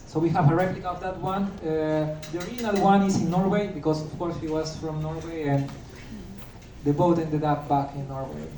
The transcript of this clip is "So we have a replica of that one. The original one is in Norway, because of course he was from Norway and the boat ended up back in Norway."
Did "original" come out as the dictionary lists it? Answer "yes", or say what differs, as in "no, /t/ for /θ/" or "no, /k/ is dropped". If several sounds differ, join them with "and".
no, /dʒ/ is dropped